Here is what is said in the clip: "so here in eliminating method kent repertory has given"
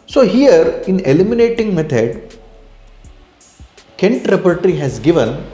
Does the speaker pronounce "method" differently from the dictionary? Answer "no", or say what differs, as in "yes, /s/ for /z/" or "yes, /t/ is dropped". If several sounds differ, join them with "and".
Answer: yes, /t/ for /θ/